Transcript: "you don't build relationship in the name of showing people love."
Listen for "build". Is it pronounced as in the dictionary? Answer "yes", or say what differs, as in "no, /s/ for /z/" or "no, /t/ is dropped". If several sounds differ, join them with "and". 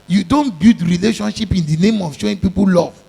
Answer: no, /l/ is dropped